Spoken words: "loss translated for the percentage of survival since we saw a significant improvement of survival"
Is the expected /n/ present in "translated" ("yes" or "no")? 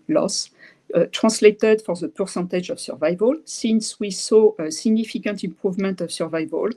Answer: no